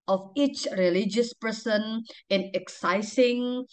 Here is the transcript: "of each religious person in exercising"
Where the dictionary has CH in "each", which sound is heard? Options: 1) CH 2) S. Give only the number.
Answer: 1